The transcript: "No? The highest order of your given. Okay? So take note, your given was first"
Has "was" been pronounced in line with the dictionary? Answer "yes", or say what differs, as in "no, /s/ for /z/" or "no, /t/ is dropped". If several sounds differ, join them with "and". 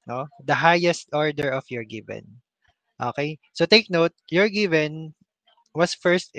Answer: no, /s/ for /z/